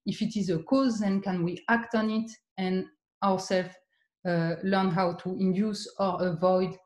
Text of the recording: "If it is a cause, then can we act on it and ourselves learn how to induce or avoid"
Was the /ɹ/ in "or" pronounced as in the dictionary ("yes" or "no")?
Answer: yes